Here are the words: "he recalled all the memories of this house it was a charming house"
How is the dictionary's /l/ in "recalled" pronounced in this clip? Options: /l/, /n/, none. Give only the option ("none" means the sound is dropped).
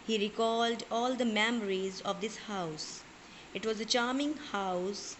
/l/